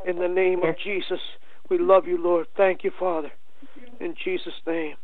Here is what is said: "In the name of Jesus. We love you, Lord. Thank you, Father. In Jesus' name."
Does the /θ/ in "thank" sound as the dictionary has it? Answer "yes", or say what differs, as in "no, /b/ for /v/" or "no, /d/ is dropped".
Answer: yes